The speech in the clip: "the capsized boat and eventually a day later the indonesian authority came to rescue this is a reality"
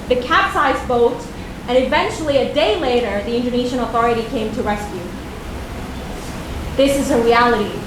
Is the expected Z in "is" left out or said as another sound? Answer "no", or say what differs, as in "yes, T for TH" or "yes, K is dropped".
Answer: no